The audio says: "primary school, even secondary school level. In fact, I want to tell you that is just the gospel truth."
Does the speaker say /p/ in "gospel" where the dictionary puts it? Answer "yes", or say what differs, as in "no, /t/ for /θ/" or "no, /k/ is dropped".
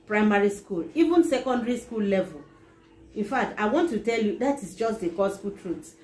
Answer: no, /f/ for /p/